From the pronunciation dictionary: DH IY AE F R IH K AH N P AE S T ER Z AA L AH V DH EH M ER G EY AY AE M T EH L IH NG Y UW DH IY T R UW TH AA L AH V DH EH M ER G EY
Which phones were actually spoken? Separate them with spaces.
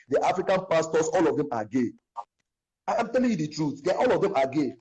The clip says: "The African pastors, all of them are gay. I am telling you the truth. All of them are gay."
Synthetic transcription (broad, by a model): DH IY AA F R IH K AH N P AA S T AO S AA L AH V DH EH M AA G EY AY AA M T EH L IH NG Y UW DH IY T R UW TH AA L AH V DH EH M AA G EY